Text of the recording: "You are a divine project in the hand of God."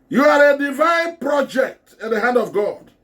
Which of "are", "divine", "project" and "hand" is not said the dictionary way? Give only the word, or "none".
none